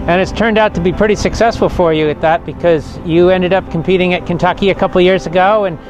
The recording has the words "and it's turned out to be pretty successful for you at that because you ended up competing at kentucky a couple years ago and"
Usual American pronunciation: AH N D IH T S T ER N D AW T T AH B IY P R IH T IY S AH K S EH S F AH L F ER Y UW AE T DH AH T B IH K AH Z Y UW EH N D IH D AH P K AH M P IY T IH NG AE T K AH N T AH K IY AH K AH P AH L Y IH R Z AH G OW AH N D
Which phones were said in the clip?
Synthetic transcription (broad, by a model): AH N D IH T S T ER N D AW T T AH B IY P R IH T IY S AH K S EH S F L F ER Y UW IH T DH AH T B IH K AH Z Y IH EH N D IH D AH P K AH M P IY T IH NG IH T K AH N T AH K IY AH K AH P L Y IH R Z AH G OW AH N